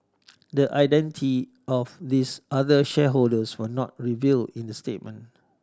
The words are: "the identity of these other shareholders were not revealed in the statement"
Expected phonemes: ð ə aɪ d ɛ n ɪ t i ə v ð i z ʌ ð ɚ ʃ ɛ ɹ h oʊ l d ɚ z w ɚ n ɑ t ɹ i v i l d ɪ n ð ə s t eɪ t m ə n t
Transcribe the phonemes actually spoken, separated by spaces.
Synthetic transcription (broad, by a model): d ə aɪ d ɛ n ɪ t i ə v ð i s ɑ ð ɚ ʃ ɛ h oʊ l d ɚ s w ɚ n ɑ t ɹ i v i l ɪ n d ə s t eɪ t m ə n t